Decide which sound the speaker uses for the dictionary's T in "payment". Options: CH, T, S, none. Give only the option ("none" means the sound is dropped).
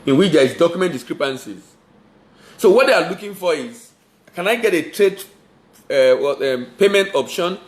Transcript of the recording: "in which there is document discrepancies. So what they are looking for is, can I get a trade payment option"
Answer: T